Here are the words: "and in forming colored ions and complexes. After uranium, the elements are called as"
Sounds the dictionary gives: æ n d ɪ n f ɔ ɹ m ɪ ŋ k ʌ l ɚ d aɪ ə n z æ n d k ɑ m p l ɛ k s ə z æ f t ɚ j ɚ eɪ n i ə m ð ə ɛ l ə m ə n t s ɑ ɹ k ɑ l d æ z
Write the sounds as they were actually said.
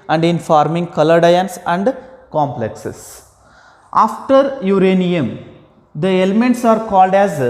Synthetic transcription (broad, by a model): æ n d ɪ n f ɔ ɹ m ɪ ŋ k ʌ l ɚ d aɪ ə n s æ n d k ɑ m p l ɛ k s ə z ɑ f t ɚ j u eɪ n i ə m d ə ɛ l ə m ə n t s ɑ ɹ k ɑ l d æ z